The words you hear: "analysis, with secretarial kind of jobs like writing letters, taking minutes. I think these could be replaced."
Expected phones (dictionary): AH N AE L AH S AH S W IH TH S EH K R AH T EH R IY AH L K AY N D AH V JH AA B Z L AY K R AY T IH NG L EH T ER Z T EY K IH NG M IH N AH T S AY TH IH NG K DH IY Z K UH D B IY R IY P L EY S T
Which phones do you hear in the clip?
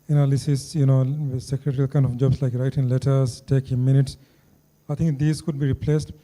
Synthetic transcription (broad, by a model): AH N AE L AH S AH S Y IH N S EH K R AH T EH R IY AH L K AY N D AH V JH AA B S L AY K R AY T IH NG L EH T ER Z T EY K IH M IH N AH T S AY T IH NG K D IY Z K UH D B IY R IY P L EY S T